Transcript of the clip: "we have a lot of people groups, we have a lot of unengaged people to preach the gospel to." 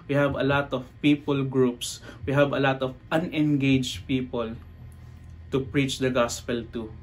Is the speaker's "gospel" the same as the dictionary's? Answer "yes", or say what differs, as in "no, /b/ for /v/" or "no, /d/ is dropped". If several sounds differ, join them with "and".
yes